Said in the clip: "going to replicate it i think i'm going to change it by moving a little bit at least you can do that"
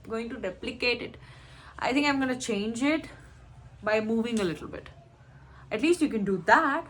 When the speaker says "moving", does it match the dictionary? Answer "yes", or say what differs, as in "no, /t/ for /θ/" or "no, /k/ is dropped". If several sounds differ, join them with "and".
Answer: yes